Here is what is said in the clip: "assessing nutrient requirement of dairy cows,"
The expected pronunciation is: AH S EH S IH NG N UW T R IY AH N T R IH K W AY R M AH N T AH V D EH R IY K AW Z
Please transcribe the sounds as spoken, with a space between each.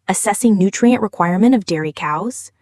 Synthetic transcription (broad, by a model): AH S EH S IH NG N UW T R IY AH N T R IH K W AY R M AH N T AH V D EH R IY K AW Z